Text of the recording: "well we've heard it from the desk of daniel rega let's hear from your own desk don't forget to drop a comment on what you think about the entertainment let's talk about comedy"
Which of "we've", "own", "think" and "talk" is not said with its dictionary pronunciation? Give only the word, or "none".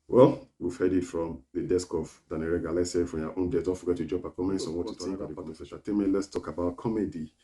think